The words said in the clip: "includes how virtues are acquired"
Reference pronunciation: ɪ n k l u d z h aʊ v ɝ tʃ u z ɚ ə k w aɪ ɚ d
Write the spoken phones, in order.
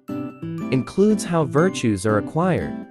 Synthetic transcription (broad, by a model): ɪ n k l u d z h aʊ v ɝ tʃ u z ɚ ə k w aɪ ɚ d